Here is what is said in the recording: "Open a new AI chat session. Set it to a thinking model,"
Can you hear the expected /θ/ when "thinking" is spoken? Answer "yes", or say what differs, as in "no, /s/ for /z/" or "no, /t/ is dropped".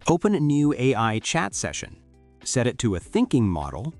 yes